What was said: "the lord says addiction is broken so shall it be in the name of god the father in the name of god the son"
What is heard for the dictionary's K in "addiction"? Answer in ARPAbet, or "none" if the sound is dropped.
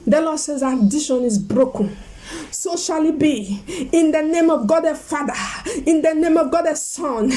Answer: none